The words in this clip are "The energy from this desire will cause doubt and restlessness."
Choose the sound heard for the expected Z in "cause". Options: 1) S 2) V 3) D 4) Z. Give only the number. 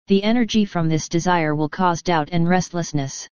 4